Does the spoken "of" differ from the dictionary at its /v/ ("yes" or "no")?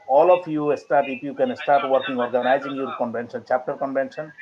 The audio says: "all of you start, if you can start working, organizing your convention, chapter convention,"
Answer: yes